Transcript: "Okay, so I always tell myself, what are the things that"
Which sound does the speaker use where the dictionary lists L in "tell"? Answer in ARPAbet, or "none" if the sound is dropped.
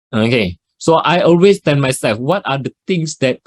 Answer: N